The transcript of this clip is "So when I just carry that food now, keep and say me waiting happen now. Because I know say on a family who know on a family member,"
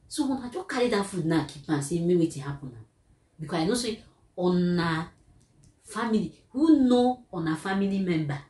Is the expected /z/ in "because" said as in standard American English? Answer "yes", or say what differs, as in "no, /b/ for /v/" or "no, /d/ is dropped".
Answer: no, /z/ is dropped